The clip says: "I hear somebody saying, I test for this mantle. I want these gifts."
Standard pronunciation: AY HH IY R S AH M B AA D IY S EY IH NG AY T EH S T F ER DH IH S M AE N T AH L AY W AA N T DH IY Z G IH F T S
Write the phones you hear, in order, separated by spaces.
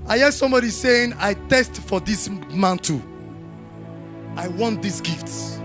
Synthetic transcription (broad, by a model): AY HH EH S AH M B AA D IY S EY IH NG AY T EH S T F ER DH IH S M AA N T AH AY W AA N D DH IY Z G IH F T S